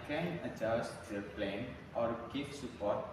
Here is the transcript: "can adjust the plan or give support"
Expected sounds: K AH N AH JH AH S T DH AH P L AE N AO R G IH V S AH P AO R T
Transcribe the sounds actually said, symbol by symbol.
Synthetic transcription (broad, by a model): K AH N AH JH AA S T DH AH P L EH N AO R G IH F S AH P AO R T